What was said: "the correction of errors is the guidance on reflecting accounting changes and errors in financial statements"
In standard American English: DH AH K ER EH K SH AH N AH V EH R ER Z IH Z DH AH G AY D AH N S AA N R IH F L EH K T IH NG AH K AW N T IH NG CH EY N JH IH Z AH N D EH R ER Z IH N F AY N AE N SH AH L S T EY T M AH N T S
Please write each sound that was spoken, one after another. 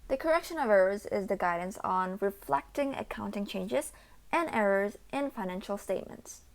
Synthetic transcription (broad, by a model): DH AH K ER EH K SH AH N AH V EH R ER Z IH Z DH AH G AY D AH N S N R IH F L EH K T IH NG AH K AW N T IH NG CH EY N JH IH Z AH N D EH R ER Z IH N F AY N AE N SH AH L S T EY T M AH N T S